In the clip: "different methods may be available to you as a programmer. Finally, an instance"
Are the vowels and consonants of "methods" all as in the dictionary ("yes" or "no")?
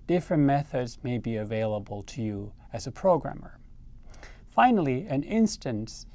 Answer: yes